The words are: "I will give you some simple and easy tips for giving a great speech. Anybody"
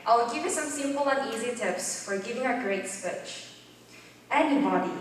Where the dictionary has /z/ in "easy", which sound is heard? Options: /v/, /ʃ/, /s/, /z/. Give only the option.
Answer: /z/